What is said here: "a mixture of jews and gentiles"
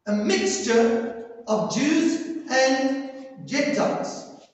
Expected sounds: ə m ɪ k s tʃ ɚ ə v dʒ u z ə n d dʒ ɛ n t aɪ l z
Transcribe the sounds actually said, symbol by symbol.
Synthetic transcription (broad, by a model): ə m ɪ k s tʃ ɚ ə v dʒ u z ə n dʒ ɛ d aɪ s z